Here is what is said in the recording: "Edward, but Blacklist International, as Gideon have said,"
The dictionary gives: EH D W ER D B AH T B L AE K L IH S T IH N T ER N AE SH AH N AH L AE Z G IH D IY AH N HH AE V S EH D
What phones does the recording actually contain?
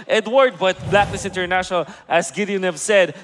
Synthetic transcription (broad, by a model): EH D W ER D B AH T B L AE K N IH S IH N T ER N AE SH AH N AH L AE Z G IH D IY AH N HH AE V S EH D